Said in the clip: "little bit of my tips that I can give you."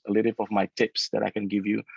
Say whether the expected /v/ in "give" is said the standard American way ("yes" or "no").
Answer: yes